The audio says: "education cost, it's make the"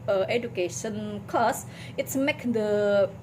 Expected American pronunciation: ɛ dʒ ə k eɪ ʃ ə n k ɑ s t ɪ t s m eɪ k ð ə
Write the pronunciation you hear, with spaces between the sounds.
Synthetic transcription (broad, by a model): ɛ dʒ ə k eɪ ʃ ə n k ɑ s ɪ t s m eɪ k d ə